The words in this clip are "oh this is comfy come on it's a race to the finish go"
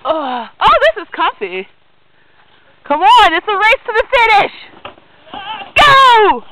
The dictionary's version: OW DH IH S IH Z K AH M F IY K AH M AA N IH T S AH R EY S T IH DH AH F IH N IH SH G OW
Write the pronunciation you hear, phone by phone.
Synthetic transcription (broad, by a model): OW DH IH S IH Z K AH F IY K AH M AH N IH T S AH R EY S T IH DH AH F IH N IH SH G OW